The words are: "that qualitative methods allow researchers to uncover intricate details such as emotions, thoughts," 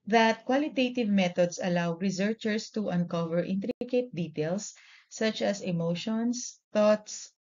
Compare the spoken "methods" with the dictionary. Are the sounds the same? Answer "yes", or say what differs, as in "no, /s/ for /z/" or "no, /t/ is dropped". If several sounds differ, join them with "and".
no, /t/ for /θ/ and /s/ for /z/